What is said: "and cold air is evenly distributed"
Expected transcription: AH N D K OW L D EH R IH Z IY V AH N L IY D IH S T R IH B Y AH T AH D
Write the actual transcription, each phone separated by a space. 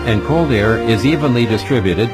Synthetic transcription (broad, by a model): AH N K OW L D EH R IH Z IY V AH N L IY D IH S T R IH B Y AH T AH D